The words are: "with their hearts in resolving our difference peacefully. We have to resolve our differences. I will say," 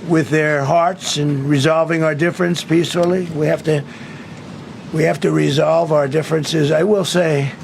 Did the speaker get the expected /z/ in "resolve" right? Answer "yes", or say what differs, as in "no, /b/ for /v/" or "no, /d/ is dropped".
yes